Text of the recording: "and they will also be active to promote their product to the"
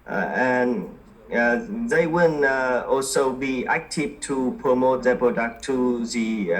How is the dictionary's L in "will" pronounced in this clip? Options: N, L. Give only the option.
N